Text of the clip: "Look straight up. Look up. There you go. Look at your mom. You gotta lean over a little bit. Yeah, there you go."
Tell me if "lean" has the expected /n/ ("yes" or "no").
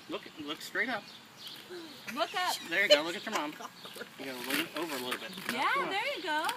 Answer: no